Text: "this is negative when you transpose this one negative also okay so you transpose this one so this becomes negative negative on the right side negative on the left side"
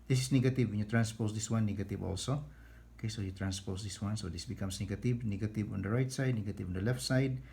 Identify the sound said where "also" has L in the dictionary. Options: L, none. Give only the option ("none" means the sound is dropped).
L